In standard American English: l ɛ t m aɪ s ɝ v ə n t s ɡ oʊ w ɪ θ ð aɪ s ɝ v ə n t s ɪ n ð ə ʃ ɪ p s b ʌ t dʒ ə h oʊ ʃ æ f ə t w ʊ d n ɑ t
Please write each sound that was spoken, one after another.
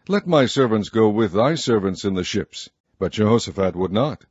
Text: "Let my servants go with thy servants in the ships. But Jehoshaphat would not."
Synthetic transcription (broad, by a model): l ɛ t m aɪ s ɝ v ə n t s ɡ oʊ w ɪ ð aɪ s ɝ v ə n t s ɪ n ð ə ʃ ɪ p s b ʌ t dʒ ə h oʊ s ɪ f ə t w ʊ d n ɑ t